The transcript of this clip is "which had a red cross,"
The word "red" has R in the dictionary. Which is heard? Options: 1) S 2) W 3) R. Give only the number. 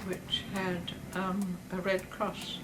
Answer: 3